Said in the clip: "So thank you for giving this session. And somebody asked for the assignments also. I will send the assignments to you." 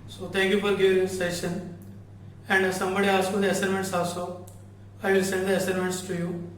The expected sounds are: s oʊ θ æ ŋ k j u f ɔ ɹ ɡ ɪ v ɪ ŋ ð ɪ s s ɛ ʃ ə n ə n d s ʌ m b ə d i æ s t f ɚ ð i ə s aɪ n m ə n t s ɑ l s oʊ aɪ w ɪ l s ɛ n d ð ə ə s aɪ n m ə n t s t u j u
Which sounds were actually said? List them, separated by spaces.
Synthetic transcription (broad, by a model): s oʊ t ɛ ŋ k j u f ɔ ɹ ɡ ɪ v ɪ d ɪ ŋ s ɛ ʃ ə n ə n d s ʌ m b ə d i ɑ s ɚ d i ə s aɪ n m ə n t s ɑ s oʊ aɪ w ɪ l s ɛ n d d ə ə s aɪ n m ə n t s t u j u